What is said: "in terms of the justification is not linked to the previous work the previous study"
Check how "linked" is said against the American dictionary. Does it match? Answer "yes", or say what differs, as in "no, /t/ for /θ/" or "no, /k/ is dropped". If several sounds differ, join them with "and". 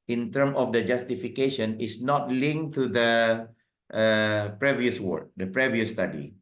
no, /k/ is dropped